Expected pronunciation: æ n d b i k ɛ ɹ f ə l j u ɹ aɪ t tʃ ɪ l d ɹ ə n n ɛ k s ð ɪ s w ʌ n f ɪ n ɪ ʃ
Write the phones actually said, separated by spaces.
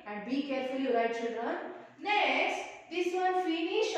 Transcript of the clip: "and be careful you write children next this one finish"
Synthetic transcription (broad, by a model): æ n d b i k ɛ ɹ f ə l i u l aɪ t tʃ ɪ l d ɹ ə n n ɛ s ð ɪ s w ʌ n f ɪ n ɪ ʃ